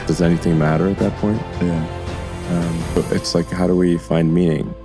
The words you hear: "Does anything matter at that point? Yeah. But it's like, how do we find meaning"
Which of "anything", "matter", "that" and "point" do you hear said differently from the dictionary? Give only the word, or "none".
none